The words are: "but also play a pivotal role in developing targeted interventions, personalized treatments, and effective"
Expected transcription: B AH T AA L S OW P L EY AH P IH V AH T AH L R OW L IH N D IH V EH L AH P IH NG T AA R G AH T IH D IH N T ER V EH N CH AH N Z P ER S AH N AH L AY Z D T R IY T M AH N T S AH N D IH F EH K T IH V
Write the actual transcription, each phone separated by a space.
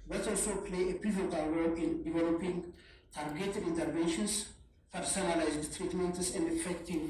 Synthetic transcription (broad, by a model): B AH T AA L S OW P L EY AH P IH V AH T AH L W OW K IH N D IH V EH L AH P IH NG T AA R G AH T IH D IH N T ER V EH N SH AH N S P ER S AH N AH L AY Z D T R IY T M AH N T S AH N D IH F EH K T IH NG